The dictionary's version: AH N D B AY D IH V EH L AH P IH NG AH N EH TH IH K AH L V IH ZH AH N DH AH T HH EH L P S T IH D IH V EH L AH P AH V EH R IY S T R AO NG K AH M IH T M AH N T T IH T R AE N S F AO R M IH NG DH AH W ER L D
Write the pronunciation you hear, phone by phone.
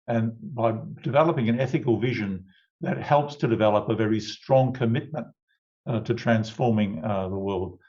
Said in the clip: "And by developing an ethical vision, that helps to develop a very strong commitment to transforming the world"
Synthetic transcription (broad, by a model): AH N B AY D IH V EH L AH P IH NG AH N EH TH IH K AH L V IH ZH AH N DH AH T HH EH L P S T IH D IH V EH L AH P AH V EH R IY S T R AO NG K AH M IH T M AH N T T IH T R AE N S F AO R M IH NG DH AH W ER L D